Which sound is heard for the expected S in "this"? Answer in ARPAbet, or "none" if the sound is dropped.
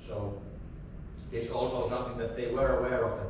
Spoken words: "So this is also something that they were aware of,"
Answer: none